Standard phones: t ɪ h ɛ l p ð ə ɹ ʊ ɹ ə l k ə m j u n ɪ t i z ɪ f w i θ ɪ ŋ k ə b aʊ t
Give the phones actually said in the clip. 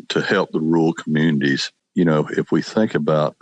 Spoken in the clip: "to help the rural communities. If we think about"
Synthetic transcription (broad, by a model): t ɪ h ɛ l p ð ə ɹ ɹ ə l k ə m j u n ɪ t i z ɪ f w i θ ɪ ŋ k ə b aʊ t